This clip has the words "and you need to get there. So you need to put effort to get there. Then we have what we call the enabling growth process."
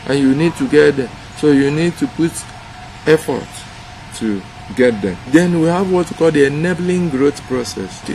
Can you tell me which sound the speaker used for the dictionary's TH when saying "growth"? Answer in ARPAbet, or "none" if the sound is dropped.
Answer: T